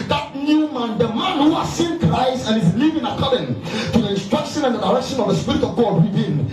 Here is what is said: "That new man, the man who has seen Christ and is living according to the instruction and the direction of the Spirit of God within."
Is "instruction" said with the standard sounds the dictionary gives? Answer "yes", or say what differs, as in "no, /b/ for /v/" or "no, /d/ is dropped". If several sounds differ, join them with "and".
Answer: yes